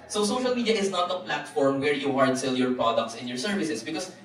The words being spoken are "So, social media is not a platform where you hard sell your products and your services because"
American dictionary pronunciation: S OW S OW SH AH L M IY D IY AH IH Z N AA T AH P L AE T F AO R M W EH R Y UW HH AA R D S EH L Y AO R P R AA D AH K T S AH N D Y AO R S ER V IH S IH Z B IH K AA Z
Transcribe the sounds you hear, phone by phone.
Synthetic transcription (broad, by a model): S OW S OW SH AH L M IY D IY AH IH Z N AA T AH P L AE T F AO R M W EH R Y UW HH AA R D S EH L Y AO R P R AA D AH K T S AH N Y AO R S ER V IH S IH S B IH K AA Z